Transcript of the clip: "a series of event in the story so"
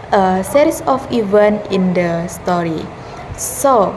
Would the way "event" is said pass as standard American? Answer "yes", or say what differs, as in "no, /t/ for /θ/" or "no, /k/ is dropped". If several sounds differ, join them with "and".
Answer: no, /t/ is dropped